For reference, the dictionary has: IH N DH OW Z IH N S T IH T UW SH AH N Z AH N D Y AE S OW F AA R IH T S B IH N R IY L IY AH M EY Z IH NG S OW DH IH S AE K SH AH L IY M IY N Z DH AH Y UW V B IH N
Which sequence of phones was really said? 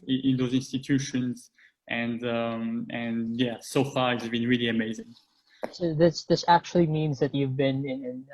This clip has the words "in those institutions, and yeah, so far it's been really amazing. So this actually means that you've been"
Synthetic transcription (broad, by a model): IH N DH OW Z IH N S T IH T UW SH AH N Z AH N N Y AE S OW F AA R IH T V B IH N R IY L IY AH M EY Z IH NG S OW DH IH S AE K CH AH L IY M IY N Z DH AH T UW V B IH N